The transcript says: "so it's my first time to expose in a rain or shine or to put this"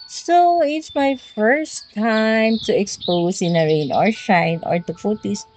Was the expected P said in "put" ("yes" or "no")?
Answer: no